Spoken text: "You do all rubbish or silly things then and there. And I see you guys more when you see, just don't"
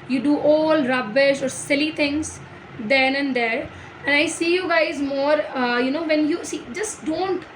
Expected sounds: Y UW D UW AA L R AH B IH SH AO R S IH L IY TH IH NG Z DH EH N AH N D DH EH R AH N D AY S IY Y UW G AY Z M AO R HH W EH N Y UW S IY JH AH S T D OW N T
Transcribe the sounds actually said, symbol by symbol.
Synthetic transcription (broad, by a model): Y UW D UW AA L R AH B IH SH AO R S IH L IY T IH NG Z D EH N AH N D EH R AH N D AY S IY Y UW G AY Z M AO R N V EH N Y UW S IY JH AH S T D OW N T